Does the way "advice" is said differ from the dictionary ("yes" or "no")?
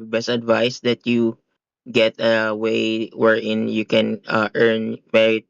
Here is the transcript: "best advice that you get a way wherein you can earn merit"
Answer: no